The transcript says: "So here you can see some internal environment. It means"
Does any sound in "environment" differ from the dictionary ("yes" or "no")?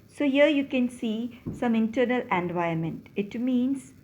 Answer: yes